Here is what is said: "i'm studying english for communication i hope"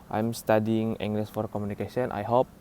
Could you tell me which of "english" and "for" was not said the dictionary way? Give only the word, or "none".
english